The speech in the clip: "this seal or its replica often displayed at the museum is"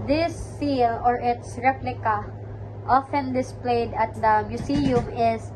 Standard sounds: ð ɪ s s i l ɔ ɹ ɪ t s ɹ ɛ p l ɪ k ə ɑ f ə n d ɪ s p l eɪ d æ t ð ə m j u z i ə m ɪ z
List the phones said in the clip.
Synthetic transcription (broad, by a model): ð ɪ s s i l ɔ ɹ ɪ t s ɹ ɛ p l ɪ k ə ɑ f ə n d ɪ s p l eɪ d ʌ t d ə m j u s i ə m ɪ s